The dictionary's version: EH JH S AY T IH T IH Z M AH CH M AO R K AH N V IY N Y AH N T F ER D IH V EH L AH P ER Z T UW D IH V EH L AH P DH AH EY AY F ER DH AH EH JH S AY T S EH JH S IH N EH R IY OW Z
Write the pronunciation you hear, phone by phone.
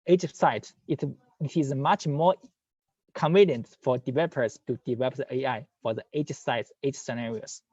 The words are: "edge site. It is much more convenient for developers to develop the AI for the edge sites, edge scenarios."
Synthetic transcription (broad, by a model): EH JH S AY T IH T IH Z M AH CH M AO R K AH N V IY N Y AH N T F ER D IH V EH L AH P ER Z T UW D IH V EH L AH P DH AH EY AY F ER DH AH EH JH S AY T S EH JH S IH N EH R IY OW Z